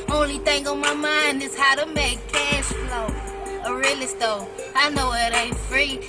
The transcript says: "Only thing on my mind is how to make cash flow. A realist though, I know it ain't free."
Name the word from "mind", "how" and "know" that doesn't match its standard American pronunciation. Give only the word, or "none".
none